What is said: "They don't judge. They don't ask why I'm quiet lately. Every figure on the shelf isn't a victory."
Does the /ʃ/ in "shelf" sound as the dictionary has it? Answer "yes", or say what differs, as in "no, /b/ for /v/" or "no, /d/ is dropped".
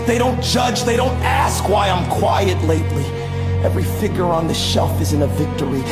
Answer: yes